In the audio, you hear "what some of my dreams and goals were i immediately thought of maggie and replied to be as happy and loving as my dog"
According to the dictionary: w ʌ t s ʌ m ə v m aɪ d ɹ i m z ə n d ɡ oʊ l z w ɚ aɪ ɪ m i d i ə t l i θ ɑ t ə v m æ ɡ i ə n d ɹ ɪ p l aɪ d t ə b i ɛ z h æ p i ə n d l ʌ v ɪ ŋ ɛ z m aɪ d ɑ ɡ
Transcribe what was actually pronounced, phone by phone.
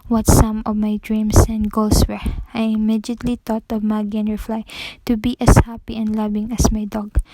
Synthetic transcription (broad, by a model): w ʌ t s ʌ m ə v m aɪ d ɹ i m s ə n d ɡ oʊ l s w ɚ aɪ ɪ m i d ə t l i t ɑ t ə v m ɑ ɡ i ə n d ɹ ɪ f l aɪ t ə b i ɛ s h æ p i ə n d l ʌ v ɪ ŋ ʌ s m aɪ d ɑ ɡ